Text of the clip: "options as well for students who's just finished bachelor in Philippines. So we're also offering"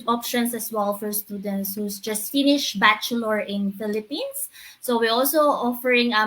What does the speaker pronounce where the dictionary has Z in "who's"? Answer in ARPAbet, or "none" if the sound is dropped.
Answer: S